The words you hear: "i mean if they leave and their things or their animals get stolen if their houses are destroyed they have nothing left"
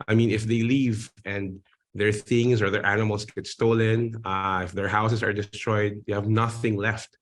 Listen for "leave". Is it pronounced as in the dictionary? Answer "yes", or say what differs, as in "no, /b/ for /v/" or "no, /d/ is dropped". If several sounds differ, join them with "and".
yes